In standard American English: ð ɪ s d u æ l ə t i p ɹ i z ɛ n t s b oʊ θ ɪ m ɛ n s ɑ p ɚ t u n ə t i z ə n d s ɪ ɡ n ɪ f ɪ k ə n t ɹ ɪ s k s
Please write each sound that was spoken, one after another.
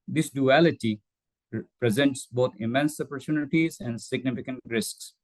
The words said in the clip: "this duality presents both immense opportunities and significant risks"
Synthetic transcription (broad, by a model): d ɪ s d u æ l ə t i p ɹ i z ɛ n t s b oʊ t ɪ m ɛ n s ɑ p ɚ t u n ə t i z ə n d s ɪ ɡ n ɪ f ɪ k ə n t ɹ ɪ s k s